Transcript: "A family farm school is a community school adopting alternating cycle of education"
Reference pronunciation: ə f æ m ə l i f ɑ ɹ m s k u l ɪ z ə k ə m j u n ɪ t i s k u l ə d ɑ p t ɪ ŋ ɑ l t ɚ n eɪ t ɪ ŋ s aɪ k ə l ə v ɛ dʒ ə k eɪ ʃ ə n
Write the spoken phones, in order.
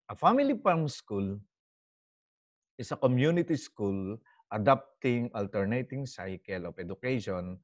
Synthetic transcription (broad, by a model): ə f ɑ m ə l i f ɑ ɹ m s k u l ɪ s ə k ə m j u n ɪ t i s k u l ə d ɑ p t ɪ ŋ ɑ l t ɚ n eɪ t ɪ ŋ s aɪ k ə l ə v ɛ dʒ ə k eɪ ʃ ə n